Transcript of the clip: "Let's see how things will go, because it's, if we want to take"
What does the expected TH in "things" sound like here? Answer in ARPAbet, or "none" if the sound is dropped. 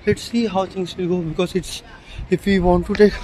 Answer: T